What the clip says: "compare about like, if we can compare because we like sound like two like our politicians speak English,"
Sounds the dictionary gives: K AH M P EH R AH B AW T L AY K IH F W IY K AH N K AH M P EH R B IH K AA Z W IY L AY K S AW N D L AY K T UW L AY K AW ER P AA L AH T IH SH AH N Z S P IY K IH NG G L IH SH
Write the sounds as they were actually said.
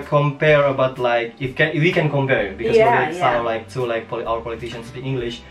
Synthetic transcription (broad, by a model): K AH M P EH R AH B AW T L AY K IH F W IY K AH N K AH M P EH R B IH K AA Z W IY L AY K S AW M L AY K T UW L AY K AW ER P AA L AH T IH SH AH N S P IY IH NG G L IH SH